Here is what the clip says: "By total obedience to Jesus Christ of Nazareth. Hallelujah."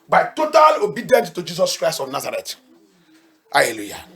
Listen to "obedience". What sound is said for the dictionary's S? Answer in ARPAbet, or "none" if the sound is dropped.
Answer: none